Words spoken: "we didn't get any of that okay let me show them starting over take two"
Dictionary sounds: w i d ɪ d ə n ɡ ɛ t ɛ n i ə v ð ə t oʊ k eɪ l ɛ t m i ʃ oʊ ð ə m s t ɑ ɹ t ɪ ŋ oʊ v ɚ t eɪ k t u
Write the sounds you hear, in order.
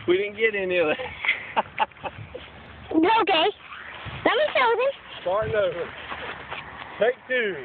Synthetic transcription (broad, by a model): w i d ɪ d n ɡ ɛ t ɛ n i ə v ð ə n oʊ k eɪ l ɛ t m i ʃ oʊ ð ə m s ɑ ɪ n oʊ ʊ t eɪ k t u